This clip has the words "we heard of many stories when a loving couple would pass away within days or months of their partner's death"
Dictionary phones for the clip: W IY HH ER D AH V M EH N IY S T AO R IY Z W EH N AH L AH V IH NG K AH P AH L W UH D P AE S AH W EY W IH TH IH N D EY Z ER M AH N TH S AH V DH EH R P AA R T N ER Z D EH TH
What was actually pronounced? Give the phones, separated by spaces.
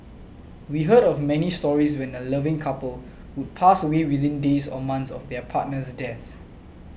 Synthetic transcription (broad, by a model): W IY HH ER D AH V M EH N IY S T AO R IY S W EH N AH L AH V IH NG K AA P AH L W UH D P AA S AH W EY W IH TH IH N D EY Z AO M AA N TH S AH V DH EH P AA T N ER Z D EH TH